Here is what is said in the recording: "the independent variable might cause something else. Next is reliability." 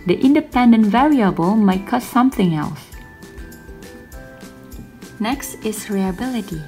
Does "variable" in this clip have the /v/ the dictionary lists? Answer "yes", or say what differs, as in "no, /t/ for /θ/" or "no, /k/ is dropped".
yes